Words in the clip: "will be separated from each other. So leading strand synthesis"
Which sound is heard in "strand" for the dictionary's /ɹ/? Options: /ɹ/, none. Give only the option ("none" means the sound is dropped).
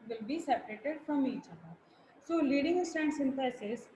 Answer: none